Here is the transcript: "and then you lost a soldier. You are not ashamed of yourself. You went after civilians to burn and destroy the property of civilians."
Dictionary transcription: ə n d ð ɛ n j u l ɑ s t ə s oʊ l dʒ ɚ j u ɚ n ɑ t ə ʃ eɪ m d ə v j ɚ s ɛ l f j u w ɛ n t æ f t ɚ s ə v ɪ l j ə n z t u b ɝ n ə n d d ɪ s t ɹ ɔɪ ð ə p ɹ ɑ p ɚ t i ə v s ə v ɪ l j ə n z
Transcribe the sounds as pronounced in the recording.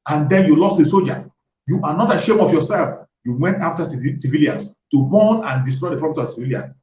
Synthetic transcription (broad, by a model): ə n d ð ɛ n j u l ɑ s t ə s oʊ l dʒ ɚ j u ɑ n ɑ t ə ʃ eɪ m ə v j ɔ s ɛ l f j u w ɛ n t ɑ f t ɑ s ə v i l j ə n s t u b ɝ n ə n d d ɪ s t ɹ ɔɪ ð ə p ɹ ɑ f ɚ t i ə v s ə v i l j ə n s